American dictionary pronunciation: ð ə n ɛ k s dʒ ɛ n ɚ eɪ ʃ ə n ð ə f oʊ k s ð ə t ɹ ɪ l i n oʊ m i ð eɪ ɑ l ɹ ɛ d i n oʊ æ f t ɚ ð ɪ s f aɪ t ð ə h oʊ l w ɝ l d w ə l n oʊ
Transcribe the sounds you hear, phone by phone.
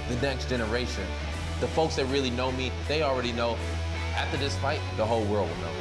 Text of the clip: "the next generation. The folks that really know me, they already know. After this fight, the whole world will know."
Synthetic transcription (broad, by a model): ð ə n ɛ k s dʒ ɛ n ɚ eɪ ʃ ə n ð ə f oʊ k s ð ə t ɹ ɪ l i n oʊ m i ð eɪ ɑ l ɹ ɛ d i n oʊ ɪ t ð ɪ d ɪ s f aɪ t ð ə h oʊ l w ɝ l d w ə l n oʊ